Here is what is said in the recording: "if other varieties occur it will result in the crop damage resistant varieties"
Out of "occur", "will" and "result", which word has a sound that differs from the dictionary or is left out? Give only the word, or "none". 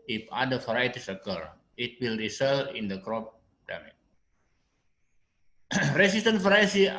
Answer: result